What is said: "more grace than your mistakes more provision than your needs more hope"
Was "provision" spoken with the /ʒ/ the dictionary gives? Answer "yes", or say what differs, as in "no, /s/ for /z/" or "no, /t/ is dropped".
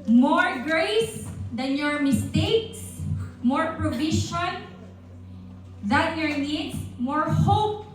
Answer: no, /ʃ/ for /ʒ/